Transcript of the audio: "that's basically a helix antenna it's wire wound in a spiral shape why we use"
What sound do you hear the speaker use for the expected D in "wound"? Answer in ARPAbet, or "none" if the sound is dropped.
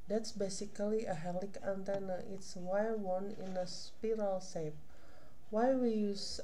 none